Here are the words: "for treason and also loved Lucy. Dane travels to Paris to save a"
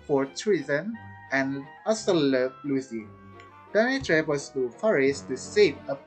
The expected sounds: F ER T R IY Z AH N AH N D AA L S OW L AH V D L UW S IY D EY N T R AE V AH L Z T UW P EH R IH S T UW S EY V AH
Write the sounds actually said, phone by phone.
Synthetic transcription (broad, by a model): F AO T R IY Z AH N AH N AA S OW L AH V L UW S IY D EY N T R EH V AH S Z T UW F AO R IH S T UW S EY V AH